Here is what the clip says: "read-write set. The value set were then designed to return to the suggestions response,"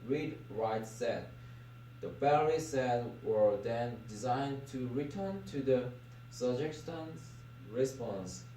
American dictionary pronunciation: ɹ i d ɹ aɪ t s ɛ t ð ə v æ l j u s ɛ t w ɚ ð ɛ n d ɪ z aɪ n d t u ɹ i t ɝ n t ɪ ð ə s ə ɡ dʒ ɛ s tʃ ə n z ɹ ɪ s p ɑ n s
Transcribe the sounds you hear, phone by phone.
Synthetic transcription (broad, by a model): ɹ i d ɹ aɪ t s ɛ t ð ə b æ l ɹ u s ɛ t w ɚ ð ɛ n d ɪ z aɪ n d t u ɹ i t ɝ n t ɪ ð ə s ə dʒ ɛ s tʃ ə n ɹ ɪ s p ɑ n s